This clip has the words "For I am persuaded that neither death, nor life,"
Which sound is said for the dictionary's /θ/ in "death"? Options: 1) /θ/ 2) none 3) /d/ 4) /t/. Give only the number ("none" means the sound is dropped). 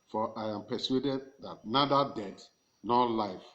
4